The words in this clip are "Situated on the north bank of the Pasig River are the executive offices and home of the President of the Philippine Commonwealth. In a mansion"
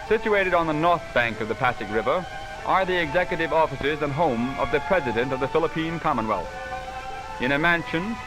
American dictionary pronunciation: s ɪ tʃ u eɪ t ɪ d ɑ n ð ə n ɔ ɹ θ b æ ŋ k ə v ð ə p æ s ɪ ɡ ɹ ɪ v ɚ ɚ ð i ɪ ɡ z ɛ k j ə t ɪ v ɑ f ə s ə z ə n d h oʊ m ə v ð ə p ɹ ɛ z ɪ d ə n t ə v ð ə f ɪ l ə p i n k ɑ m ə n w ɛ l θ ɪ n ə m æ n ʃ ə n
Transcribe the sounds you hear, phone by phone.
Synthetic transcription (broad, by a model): s ɪ tʃ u eɪ t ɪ d n ð ə n ɔ ɹ θ b æ ŋ k ə v ð ə p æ s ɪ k ɹ ɪ v ɚ ɚ ð i ɪ ɡ z ɛ k j ə t ɪ v ɑ f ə s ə z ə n h oʊ m ə v ð ə p ɹ ɛ z ɪ d ə n t ə v ð ə f ɪ l ə p i n k ɑ m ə n w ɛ l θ ɪ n ə m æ n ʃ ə n